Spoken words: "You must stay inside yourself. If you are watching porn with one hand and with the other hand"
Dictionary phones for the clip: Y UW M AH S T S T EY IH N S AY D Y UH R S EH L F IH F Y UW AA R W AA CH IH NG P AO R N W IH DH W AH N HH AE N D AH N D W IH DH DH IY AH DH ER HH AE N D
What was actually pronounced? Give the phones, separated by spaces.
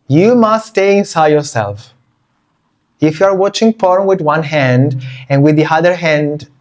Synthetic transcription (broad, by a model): Y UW M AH S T S T EY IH N S AY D Y UH R S EH L F IH F Y UW AA R W AA CH IH NG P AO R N W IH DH W AH N HH AE N D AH N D W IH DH DH IY AH DH ER HH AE N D